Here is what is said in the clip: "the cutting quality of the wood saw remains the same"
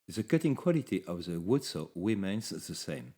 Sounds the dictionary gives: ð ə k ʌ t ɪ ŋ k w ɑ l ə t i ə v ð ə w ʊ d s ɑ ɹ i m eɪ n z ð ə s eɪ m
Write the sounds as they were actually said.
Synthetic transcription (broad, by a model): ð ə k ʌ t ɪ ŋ k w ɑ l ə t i ə v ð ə w ʊ d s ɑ w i m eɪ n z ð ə s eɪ m